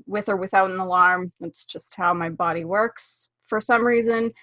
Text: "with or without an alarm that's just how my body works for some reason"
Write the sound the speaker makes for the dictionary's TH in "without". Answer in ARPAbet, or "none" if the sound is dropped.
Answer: TH